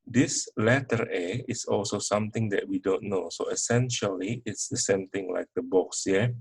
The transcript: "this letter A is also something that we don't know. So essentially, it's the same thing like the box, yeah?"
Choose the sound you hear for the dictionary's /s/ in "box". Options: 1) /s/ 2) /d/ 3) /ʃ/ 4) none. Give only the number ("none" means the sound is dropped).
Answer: 1